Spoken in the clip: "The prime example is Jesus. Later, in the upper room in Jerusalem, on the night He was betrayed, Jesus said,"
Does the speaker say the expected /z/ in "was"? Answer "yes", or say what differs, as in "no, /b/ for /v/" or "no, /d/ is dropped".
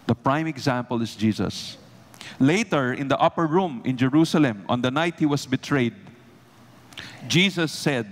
no, /s/ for /z/